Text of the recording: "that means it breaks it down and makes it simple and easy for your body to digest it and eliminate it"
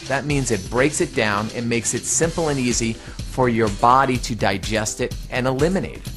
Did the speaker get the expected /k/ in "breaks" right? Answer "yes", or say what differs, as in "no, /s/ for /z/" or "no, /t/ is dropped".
yes